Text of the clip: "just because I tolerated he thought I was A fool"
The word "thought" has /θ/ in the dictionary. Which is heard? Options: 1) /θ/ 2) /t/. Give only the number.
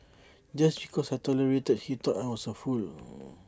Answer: 2